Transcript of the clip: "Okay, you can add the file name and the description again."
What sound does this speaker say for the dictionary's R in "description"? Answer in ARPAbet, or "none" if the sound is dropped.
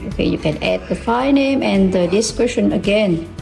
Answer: W